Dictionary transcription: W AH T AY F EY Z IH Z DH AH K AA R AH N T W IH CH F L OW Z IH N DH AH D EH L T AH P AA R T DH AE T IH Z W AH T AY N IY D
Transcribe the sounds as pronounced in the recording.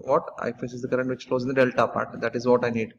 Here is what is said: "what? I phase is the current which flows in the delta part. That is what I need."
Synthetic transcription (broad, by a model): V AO T AY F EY S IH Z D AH K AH R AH N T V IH CH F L OW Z IH N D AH D EH L T AH P AA R T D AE T IH Z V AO T AY N IY D